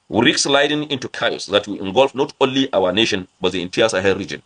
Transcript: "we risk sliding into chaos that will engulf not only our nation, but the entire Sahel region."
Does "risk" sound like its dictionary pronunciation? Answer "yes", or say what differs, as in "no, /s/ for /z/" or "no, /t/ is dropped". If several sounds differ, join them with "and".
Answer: no, /s/ is dropped